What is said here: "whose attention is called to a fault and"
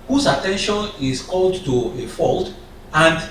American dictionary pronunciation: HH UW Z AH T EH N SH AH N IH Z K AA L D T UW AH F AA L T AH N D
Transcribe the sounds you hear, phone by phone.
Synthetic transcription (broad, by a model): HH UW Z AH T EH N SH AH N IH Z K AA L D T UW AH F AA L T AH N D